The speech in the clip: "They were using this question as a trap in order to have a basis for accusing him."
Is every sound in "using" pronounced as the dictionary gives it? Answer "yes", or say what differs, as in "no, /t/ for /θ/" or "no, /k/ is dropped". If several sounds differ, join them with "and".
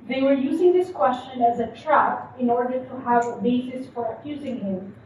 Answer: yes